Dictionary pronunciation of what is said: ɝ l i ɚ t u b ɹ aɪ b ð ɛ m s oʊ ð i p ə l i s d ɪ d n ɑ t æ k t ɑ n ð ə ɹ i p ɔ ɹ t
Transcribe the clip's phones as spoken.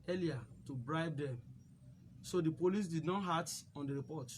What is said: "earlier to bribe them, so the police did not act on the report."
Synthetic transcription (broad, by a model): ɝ l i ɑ t u b ɹ aɪ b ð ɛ m s oʊ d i p ə l i s d ɪ d n ɑ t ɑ t ɑ n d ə ɹ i p ɔ t